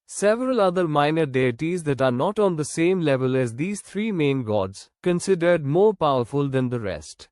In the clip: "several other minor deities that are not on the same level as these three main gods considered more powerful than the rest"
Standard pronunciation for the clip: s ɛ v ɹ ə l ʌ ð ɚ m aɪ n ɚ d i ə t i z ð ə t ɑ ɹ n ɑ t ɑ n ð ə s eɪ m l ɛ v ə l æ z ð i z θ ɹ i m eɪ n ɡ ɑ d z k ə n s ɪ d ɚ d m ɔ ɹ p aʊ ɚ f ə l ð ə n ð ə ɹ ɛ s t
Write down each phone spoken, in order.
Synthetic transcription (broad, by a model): s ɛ v ɹ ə l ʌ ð ɚ m aɪ n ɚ d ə t i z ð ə t ɑ ɹ n ɑ t ɑ n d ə s eɪ m l ɛ v ə l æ z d i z t ɹ i m eɪ n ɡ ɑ d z k ə n s ɪ d ɚ d m ɔ ɹ p aʊ ɚ f ə l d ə n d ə ɹ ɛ s t